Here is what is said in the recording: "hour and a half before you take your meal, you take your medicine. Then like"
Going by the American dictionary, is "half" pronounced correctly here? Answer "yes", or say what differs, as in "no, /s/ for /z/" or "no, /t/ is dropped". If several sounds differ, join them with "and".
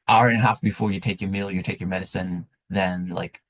yes